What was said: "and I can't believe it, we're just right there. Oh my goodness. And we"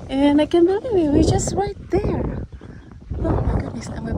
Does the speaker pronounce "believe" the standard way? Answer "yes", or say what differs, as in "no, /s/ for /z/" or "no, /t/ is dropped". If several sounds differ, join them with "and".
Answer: no, /w/ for /v/